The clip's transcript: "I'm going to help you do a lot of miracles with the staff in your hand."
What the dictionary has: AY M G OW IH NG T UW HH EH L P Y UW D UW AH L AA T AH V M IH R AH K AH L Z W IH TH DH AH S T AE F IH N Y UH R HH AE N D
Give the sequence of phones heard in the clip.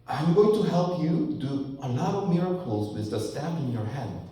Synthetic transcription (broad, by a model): AY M G OW IH NG T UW HH EH L P Y UW D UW AH L AA T AH V M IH R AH K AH L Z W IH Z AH S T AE P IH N Y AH R HH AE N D